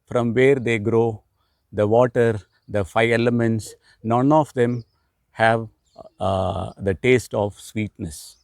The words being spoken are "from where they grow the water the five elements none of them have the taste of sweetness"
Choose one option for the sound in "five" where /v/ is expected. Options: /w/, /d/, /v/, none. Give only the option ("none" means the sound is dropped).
none